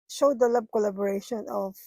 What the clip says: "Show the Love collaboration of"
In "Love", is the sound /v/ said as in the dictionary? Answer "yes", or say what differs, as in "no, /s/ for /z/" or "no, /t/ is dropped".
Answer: no, /b/ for /v/